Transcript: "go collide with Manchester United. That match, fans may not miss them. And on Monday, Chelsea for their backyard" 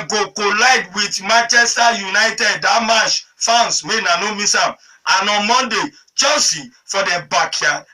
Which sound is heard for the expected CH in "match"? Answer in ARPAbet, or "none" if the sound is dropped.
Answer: SH